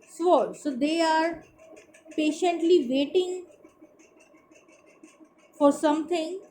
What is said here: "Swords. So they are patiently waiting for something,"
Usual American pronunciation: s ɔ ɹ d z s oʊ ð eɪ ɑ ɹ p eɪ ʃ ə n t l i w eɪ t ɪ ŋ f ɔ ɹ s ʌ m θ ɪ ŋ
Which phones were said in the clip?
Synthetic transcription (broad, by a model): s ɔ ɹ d s oʊ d eɪ ɑ ɹ p eɪ ʃ ə n t l i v eɪ t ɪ ŋ f ɔ ɹ s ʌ m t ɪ ŋ